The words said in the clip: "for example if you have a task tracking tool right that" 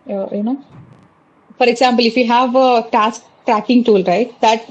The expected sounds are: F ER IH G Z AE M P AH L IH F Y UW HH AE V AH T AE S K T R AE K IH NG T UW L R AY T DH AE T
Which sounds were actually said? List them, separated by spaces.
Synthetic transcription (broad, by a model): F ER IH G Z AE M P AH L IH F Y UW HH AE V T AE S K T R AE K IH NG T UW L R AY T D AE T